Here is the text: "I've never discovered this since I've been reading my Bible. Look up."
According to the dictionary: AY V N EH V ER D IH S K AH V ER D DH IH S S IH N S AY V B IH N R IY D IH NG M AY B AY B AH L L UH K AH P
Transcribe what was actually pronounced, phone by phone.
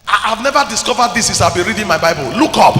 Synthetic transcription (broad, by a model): AY V N EH V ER D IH S K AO V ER D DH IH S S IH S AY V B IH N R IY D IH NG M AY B AY B AH L L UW K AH P